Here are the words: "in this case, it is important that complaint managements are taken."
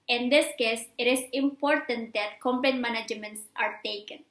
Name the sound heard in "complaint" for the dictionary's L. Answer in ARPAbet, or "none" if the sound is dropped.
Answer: none